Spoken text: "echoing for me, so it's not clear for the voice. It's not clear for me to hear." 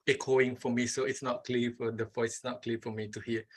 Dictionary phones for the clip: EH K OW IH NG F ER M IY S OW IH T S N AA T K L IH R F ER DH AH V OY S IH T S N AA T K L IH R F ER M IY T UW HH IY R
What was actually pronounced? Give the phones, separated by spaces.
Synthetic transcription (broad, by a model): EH K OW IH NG F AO M IY S OW IH T S N AA T K L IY F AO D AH F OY IH T S N AA T K L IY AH F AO M IY T UW HH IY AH